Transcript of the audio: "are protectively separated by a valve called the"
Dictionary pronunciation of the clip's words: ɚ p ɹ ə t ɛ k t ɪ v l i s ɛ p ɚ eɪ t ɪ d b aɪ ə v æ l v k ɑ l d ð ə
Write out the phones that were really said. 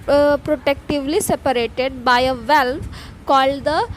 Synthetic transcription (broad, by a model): p ɹ ə t ɛ k t ɪ v l i s ɛ p ɚ eɪ t ɪ d b aɪ ə v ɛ l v k ɑ l d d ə